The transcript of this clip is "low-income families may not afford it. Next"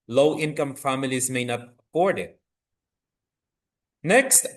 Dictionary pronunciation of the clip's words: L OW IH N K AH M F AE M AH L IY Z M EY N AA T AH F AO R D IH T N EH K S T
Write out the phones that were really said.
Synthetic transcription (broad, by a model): L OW IH N K AH M F AE M AH L IY Z M EY N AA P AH P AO R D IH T N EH K S T